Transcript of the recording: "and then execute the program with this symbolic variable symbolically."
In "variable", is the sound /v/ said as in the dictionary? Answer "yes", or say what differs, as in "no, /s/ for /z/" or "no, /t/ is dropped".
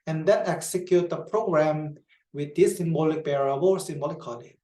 no, /b/ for /v/